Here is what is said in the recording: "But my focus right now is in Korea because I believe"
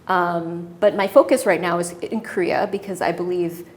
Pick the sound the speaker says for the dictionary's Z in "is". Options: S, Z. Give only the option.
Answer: Z